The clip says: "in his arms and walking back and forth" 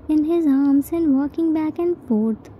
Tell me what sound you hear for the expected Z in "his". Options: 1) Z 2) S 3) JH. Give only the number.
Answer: 1